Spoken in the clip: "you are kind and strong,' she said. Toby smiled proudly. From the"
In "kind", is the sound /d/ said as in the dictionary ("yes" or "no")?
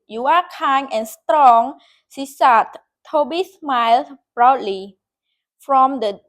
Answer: no